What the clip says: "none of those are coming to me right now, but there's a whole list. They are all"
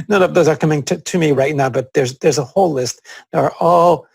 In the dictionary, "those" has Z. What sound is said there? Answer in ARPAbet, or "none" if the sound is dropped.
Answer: Z